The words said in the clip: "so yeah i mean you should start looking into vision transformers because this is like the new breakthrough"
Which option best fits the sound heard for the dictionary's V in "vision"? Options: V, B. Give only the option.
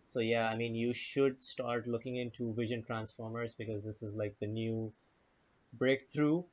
V